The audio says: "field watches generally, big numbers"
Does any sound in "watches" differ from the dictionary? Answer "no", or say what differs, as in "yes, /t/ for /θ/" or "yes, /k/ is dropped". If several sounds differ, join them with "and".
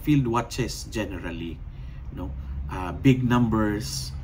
yes, /s/ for /z/